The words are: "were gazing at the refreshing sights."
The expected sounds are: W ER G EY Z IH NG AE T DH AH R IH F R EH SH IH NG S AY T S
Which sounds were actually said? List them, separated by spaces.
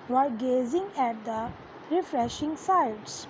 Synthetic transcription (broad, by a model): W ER G EY Z IH NG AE T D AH R IH F R EH SH IH NG S AY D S